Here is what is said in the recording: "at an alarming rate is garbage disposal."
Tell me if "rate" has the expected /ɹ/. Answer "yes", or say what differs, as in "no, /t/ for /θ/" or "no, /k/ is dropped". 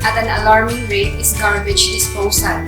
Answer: yes